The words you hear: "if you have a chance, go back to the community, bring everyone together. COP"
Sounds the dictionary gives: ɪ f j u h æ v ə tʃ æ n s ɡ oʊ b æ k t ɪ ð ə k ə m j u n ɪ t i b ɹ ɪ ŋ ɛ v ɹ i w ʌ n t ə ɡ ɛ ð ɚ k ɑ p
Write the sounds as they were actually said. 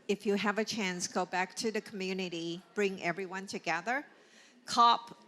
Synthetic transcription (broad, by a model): ɪ f j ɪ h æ v ə tʃ æ n s ɡ oʊ b æ k t ɪ ð ə k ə m j u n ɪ t i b ɹ ɪ ŋ ɛ v ɹ i w ʌ n t ə ɡ ɛ ð ɚ k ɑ p